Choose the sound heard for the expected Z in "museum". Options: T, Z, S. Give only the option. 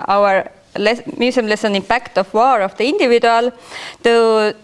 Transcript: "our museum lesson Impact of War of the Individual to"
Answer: S